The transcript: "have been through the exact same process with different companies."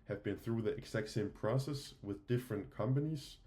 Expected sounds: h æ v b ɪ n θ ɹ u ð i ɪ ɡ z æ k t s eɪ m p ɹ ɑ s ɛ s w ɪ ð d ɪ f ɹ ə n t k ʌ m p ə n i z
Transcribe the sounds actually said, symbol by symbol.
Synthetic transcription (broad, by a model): h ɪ v b ɪ n θ ɹ u ð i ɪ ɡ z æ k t s eɪ m p ɹ ɑ s ɛ s w ɪ ð d ɪ f ɹ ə n k ʌ m p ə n i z